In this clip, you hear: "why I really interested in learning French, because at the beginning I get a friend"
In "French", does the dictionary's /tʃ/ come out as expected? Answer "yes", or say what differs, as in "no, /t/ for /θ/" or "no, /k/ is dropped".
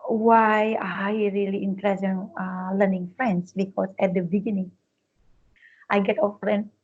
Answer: no, /s/ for /tʃ/